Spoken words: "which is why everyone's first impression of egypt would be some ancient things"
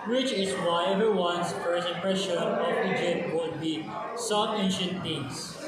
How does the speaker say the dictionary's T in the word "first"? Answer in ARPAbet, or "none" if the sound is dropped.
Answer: none